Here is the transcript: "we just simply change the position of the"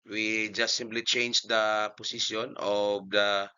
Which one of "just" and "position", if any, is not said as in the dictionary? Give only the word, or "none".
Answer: position